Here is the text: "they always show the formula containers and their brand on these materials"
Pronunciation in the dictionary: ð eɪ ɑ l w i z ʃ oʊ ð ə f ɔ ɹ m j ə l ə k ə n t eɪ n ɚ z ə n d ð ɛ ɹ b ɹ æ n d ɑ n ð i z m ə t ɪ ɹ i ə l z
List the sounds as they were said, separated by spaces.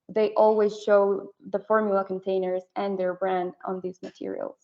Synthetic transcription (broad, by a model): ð eɪ ɑ l w i z ʃ oʊ ð ə f ɔ ɹ m j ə l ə k ə n t eɪ n ɚ z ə n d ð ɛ ɹ b ɹ æ n d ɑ n ð i z m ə t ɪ ɹ i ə l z